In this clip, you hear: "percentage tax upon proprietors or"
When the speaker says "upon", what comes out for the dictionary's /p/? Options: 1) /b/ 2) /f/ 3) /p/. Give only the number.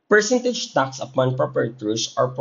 3